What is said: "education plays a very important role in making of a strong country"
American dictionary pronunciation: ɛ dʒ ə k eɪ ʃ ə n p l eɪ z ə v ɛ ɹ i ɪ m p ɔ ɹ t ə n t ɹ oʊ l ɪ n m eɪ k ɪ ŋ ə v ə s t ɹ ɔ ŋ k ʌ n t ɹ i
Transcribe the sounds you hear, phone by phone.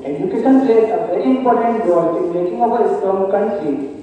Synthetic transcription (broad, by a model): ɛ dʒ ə k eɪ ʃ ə n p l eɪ s ə v ɛ ɹ i ɪ m p ɔ ɹ t ə n t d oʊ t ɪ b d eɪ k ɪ ŋ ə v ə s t ɔ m k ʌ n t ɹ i